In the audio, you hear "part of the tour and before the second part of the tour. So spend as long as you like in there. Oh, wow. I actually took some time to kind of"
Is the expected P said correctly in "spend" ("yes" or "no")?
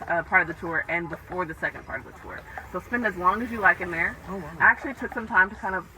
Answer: yes